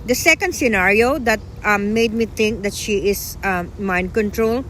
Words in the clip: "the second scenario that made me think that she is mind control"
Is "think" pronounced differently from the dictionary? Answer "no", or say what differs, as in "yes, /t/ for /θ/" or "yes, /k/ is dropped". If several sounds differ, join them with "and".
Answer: yes, /t/ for /θ/